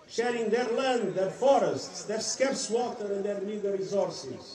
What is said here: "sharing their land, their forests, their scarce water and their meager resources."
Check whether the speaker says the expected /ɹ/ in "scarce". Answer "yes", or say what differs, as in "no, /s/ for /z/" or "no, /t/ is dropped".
yes